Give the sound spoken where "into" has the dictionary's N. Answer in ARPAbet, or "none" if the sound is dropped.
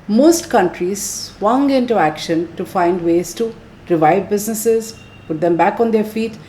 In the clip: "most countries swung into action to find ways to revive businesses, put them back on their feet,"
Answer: N